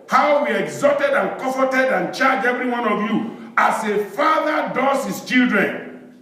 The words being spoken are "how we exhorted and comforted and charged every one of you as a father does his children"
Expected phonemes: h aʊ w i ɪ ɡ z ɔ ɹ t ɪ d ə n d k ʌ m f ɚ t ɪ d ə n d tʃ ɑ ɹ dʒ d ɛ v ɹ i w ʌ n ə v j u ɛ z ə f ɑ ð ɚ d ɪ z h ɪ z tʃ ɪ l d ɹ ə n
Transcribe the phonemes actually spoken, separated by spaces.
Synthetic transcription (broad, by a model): h aʊ w i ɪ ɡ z ɔ t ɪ d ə n k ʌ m f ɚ t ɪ d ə n tʃ ɑ dʒ ɛ v ɹ i w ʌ n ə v j u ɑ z ə f ɑ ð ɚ d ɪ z h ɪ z tʃ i l d ɹ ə n